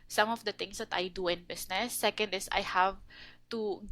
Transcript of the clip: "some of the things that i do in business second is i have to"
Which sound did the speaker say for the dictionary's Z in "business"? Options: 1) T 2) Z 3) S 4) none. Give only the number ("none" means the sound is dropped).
3